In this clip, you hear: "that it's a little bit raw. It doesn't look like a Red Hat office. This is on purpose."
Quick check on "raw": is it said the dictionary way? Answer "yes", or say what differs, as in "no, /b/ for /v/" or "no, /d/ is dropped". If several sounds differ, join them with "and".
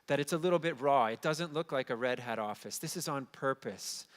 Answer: yes